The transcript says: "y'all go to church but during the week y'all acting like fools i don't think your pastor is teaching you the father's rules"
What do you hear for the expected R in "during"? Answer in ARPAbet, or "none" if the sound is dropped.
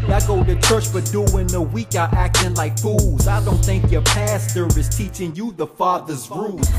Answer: none